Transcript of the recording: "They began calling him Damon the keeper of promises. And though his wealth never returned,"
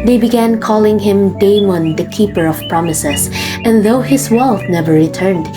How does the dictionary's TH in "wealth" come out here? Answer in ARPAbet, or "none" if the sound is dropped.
F